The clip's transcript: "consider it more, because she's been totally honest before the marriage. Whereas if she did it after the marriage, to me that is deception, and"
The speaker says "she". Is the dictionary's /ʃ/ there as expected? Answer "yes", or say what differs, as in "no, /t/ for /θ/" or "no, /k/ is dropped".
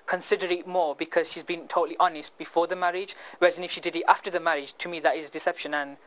yes